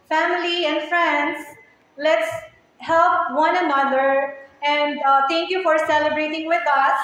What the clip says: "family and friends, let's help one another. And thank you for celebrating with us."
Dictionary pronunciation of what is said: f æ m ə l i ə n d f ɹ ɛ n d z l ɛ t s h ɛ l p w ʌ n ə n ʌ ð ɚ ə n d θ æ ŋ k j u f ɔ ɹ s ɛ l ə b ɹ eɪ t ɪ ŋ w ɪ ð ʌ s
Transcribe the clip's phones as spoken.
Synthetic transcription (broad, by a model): f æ m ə l i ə n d f ɹ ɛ n d s l ɛ t s h ɛ l p w ʌ n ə n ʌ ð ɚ ə n d t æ ŋ k j u f ɔ ɹ s ɛ l ə b ɹ eɪ t ɪ ŋ w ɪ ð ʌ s